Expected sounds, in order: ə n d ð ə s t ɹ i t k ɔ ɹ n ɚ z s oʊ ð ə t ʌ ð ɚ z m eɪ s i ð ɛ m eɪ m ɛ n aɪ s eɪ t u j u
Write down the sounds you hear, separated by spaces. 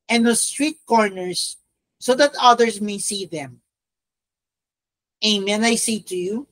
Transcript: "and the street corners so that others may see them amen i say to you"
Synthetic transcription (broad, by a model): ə n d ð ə s t ɹ i t k ɔ ɹ n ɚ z s oʊ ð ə t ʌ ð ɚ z m eɪ s i ð ɛ m eɪ m ɛ n aɪ s eɪ t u j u